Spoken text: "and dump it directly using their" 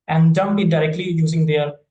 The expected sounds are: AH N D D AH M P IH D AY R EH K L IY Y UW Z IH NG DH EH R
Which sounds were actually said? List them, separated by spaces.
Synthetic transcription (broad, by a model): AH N D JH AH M B IH D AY R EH K L IY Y UW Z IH NG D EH R